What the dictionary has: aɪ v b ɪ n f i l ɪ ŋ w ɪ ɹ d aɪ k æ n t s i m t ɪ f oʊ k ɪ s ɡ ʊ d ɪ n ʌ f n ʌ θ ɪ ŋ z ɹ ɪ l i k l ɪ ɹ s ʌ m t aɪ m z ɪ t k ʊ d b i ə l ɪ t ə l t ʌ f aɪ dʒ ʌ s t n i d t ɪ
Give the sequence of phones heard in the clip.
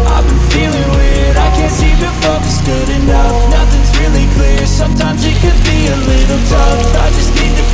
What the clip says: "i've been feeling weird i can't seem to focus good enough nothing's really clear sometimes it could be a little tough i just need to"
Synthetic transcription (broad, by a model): aɪ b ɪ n f i l ɪ ŋ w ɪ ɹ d aɪ k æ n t s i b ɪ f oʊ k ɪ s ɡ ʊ d ɪ n ʌ f n ʌ θ ɪ ŋ z ɹ ɪ l i k l ɪ ɹ s ʌ m t aɪ m z ɪ t k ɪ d b i ə l ɪ t l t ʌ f aɪ dʒ ʌ s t n i d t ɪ